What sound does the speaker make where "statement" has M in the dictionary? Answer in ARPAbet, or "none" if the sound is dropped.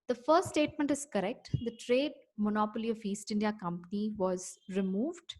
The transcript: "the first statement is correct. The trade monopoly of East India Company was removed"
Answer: M